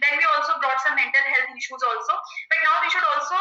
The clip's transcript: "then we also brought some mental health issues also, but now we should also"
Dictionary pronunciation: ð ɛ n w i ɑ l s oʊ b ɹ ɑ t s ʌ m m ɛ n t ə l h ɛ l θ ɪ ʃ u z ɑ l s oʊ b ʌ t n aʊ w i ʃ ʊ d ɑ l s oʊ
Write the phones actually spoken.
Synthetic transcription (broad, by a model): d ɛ n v i ɑ l s oʊ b ɹ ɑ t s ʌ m m ɛ n t ə l h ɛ l t ɪ ʃ u z ɑ l s oʊ b ʌ t n aʊ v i ʃ ʊ d ɑ l s oʊ